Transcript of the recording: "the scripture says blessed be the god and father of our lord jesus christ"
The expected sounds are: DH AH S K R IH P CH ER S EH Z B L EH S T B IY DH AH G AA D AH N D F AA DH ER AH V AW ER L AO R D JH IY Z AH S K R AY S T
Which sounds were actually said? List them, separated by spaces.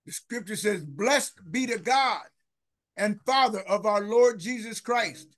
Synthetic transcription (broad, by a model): DH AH S K R IH P CH ER S EH Z B L EH S T B IY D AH G AA D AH N F AA DH ER AH V AW ER L AO R D JH IY Z AH S K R AY S T